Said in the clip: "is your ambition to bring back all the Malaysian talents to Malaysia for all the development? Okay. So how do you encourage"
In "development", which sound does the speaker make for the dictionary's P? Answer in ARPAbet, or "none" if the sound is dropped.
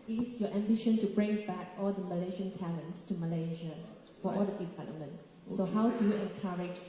none